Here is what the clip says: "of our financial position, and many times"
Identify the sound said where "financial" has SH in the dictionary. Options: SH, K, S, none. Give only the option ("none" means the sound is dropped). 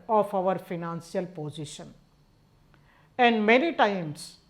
S